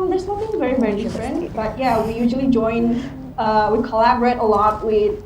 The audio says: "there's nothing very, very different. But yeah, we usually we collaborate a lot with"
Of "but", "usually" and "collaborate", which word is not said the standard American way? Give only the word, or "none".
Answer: usually